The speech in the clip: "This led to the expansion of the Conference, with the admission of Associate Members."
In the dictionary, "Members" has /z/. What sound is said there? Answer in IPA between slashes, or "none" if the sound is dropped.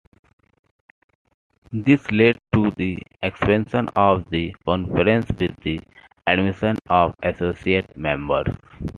/s/